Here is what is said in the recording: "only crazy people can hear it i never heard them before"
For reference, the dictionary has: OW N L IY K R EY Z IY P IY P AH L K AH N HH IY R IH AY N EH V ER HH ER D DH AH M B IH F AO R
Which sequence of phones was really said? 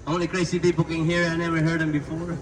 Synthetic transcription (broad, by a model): OW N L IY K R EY S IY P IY B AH K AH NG HH IY R IH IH N EH V ER HH ER D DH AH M B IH F AO R